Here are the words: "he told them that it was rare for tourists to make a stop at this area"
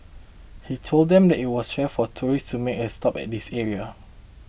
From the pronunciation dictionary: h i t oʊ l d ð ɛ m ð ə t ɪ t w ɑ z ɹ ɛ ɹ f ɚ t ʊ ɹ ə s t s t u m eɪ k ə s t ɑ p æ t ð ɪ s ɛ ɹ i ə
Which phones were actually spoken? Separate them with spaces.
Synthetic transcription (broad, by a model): h i t oʊ l d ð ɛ m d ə t ɪ t w ɑ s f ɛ f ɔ t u ɹ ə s s t u m eɪ k ə s t ɑ p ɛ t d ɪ s ɛ ɹ i ə